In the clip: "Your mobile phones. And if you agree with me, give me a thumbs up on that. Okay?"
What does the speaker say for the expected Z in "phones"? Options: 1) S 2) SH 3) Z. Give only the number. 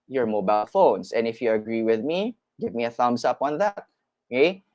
1